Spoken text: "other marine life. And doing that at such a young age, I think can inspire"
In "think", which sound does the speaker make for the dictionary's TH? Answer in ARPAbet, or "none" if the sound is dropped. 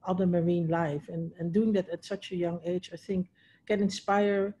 TH